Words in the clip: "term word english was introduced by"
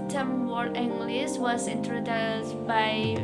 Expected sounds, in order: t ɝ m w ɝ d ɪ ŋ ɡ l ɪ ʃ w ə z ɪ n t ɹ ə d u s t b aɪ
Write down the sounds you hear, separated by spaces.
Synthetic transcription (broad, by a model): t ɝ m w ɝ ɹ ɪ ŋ ɡ l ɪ s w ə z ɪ n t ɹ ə d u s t b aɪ